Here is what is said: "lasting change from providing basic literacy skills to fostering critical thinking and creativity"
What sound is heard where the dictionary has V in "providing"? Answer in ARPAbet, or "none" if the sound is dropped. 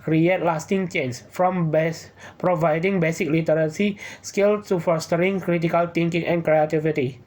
V